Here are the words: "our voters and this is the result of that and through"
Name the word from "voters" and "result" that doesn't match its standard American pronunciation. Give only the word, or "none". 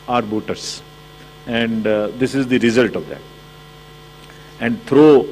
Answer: voters